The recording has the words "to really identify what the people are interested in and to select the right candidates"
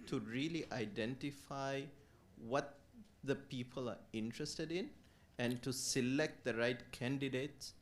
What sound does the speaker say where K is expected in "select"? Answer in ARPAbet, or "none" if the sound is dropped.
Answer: K